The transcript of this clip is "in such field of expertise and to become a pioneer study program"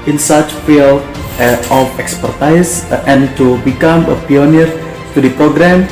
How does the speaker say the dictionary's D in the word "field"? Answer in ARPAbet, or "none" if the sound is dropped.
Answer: none